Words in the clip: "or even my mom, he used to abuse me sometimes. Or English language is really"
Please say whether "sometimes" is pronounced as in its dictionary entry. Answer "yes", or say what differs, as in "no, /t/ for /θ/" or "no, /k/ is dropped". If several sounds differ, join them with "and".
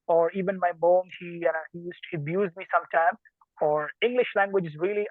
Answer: no, /z/ is dropped